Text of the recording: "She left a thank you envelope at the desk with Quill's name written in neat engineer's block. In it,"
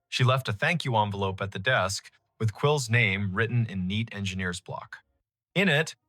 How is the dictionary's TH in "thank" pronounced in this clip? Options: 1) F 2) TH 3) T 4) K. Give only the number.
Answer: 2